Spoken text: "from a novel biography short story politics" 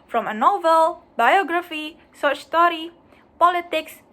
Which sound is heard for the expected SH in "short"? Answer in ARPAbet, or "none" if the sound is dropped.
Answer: S